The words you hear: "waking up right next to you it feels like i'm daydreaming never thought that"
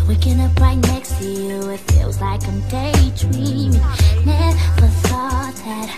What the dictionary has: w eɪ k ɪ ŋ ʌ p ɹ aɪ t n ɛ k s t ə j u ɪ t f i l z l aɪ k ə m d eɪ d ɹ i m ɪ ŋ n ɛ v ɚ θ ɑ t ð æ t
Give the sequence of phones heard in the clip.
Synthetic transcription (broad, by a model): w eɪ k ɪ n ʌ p ɹ aɪ t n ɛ k s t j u ɪ t f i l z l aɪ k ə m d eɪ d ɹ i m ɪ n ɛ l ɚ s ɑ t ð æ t